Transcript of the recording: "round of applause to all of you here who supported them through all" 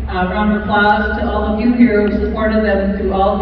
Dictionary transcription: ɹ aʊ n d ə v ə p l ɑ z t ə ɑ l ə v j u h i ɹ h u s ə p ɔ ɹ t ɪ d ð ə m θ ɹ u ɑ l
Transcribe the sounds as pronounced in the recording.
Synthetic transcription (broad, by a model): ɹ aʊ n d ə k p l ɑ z t ə ɑ l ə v j u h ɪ ɹ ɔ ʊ s ə p ɔ ɹ t ɪ d ð ə m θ u ɑ l